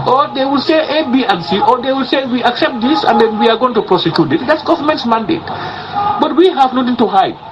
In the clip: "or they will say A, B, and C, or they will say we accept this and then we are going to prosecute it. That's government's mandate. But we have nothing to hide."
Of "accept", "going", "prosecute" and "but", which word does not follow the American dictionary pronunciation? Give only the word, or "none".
none